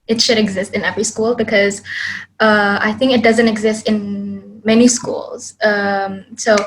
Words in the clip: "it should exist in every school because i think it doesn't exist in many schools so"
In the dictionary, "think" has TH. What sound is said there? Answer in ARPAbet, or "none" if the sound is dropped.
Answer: TH